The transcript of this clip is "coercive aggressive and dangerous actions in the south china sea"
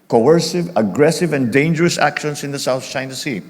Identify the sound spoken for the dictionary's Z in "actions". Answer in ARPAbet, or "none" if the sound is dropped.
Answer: S